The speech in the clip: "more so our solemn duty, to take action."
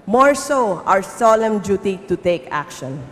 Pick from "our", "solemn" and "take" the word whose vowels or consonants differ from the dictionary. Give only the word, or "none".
our